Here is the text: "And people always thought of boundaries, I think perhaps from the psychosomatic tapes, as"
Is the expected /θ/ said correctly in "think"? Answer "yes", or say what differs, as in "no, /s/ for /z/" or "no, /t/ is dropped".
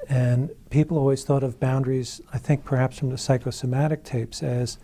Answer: yes